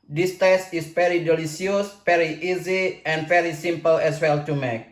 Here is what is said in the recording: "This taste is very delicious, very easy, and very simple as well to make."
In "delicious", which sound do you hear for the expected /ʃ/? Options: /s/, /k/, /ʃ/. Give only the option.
/s/